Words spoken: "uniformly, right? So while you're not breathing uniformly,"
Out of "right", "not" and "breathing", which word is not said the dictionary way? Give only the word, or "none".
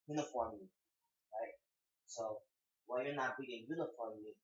breathing